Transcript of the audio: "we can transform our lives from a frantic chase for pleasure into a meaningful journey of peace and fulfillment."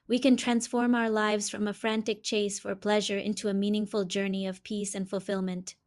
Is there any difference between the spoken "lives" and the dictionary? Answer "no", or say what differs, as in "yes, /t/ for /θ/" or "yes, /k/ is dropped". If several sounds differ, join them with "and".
no